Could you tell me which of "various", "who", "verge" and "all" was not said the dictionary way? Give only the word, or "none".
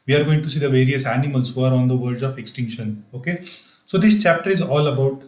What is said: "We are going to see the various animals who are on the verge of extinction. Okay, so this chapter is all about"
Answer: verge